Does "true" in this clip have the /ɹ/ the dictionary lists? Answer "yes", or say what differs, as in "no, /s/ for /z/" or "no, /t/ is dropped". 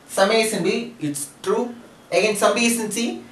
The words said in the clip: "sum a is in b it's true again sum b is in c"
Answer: yes